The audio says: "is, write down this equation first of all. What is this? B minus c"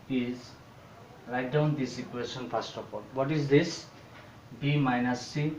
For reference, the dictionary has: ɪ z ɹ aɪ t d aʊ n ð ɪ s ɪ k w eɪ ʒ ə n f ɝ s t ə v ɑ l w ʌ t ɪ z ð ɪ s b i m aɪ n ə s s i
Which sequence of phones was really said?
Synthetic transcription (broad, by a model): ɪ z l aɪ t d aʊ n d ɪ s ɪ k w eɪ ʃ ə n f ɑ s t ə p ɑ l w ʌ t ɪ z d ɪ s b i m aɪ n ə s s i